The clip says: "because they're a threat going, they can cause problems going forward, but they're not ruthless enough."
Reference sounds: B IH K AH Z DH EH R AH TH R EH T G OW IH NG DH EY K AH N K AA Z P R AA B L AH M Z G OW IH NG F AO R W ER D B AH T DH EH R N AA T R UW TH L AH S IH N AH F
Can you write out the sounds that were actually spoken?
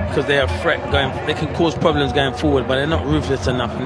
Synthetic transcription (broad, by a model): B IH K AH Z DH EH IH AH F R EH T G OW IH NG DH EY K AH N K AA Z P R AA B L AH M Z G OW IH NG F AO R W ER D B AH T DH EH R N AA T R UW F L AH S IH N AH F